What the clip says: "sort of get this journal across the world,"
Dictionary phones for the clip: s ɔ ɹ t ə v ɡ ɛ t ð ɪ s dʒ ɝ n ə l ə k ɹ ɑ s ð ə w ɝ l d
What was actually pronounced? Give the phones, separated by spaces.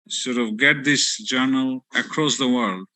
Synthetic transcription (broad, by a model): s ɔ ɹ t ə v ɡ ɛ t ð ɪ s dʒ ɝ n ə l ə k ɹ ɑ s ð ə w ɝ l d